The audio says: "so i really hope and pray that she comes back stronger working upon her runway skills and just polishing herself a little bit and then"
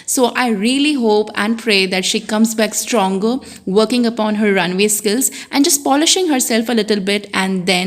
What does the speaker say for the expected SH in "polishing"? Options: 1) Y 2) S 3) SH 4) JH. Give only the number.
3